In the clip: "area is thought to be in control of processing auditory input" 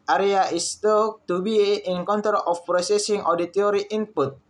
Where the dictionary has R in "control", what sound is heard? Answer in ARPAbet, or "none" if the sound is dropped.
none